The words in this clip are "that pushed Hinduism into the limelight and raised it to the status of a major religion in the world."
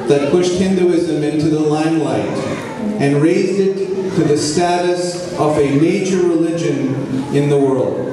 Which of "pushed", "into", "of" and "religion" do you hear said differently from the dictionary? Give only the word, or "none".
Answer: none